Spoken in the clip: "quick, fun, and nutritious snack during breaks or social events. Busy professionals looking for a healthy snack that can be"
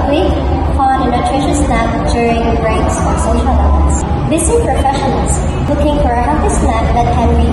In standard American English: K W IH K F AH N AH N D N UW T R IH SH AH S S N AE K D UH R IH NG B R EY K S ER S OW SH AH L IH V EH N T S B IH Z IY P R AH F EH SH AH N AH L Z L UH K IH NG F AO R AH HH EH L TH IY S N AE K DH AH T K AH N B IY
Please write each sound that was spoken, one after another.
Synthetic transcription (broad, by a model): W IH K P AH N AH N N UW T R IH SH AH S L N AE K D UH R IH NG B R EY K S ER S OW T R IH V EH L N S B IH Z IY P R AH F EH SH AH N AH L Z L UH K IH NG F AO R AH HH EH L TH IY S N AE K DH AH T K AH N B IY